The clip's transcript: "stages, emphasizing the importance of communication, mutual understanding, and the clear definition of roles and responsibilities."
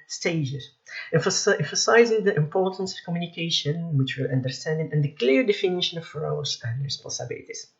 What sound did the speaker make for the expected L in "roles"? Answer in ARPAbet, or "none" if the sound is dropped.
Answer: none